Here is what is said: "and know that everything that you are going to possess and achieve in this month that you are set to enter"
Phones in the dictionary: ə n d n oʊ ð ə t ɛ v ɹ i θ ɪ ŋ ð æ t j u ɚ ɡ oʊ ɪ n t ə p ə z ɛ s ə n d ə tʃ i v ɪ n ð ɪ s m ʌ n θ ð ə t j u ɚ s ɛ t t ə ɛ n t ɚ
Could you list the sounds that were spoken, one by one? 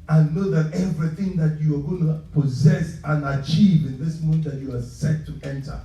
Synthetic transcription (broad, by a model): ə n n oʊ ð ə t ɛ v ɹ i θ ɪ ŋ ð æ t j u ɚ ɡ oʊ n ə p ə z ɛ s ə n ə tʃ i v ɪ n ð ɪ s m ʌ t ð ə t j u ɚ s ɛ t t ɛ n t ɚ